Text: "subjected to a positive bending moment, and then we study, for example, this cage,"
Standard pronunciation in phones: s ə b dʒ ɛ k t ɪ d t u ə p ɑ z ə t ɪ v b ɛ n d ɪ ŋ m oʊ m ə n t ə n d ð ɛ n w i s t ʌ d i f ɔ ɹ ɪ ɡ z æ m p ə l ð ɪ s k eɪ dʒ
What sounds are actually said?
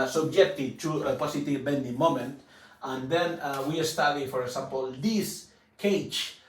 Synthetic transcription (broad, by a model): s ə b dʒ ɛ k t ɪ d t u ə p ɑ s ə t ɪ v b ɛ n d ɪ m oʊ m ə n t ə n d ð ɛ n w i s t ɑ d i f ɔ ɹ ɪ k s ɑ m p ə l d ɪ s k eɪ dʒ